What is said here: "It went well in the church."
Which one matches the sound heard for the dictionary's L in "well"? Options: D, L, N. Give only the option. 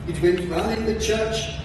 N